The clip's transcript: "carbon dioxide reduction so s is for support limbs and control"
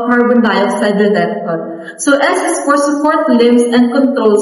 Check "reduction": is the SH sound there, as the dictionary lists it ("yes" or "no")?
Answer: no